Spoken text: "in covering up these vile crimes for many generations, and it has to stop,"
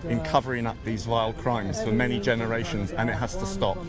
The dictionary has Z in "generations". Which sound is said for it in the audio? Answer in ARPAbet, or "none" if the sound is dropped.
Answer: Z